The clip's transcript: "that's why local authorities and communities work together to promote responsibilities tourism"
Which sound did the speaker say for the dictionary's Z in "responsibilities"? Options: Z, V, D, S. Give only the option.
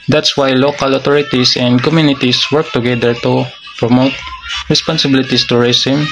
S